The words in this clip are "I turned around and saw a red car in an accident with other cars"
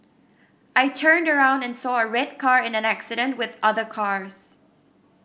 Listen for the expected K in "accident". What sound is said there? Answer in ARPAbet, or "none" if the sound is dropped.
K